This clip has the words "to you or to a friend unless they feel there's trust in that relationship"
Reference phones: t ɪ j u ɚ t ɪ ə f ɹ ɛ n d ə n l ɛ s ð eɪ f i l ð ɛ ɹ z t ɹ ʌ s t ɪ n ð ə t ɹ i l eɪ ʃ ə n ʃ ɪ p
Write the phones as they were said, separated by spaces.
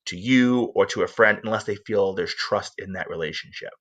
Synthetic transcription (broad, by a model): t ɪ j u ɚ t ɪ ə f ɹ ɛ n d ə n l ɛ s ð eɪ f i l ð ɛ ɹ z t ɹ ʌ s t ɪ n ð ə t ɹ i l eɪ ʃ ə n ʃ ɪ p